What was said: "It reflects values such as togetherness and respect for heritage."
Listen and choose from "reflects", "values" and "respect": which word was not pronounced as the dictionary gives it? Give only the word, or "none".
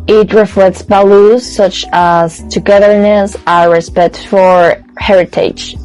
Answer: values